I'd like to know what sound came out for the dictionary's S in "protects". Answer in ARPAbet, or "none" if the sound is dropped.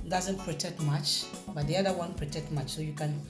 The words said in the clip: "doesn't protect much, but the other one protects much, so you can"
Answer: none